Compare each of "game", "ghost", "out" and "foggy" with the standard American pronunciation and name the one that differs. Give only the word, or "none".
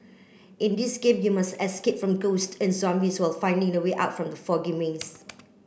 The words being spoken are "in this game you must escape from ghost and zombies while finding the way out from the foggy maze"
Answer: none